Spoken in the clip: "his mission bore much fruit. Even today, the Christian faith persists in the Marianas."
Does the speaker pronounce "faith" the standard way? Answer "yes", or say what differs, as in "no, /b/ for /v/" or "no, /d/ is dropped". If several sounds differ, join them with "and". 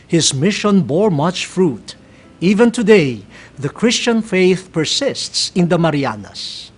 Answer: yes